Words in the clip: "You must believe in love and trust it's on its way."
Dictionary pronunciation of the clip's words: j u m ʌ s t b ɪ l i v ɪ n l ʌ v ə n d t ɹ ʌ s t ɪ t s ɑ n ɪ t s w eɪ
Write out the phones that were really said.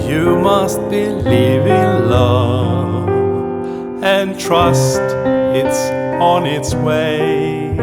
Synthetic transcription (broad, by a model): j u m ʌ s t b ɪ l i v ɪ n l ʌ ə n t ɹ ʌ s t ɪ t s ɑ n ɪ t s w eɪ